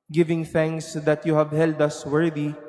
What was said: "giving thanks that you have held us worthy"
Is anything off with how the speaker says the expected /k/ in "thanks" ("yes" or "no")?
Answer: no